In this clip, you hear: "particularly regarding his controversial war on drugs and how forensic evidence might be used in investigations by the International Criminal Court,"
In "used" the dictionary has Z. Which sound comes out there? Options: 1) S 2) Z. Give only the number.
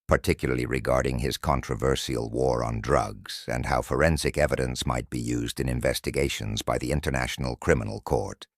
2